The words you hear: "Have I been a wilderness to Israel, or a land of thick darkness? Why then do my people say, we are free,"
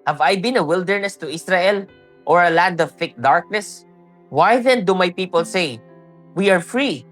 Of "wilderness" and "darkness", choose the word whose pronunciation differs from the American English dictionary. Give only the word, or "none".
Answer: none